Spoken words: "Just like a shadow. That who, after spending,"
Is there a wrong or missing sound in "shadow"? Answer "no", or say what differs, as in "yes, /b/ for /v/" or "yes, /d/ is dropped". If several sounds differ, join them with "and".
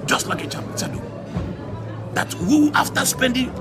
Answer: yes, /s/ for /ʃ/